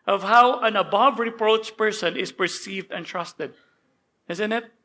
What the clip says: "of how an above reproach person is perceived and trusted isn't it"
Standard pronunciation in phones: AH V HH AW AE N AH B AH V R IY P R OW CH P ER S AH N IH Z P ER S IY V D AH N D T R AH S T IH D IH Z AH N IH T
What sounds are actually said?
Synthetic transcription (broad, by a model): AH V HH AW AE N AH B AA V R IY P R OW CH P ER S AH N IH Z P ER S IY V D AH N T R AH S T IH D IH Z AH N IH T